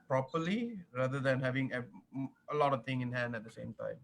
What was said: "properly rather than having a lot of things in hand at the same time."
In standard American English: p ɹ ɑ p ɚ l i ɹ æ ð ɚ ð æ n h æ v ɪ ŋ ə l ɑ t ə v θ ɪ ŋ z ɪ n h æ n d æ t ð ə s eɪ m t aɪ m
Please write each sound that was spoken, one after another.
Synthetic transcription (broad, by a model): p ɹ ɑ p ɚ l i ɹ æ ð ɚ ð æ n h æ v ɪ ŋ ə l ɑ t ə v t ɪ ŋ ɪ n h æ n d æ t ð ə s eɪ m t aɪ m